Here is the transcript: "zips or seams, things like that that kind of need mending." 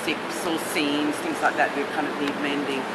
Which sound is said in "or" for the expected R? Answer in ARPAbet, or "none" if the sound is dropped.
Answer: L